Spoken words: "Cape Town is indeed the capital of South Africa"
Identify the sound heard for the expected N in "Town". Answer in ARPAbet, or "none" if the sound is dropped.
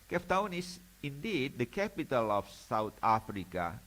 N